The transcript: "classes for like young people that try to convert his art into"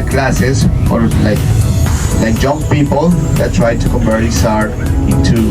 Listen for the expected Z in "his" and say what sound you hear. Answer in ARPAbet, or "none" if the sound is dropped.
S